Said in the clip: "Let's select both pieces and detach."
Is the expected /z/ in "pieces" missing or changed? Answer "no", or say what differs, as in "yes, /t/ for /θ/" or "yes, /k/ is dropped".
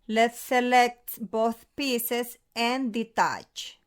yes, /s/ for /z/